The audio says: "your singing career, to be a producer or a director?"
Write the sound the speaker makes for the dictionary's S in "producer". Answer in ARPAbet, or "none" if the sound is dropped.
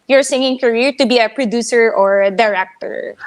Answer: S